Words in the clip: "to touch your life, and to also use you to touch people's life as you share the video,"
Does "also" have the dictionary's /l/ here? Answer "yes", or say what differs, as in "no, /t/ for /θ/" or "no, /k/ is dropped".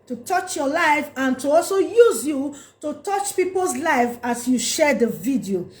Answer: yes